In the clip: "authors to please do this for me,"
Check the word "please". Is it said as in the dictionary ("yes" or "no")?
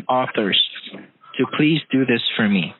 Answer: yes